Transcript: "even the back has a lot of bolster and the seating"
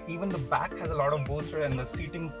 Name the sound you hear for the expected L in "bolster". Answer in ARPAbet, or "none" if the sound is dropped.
none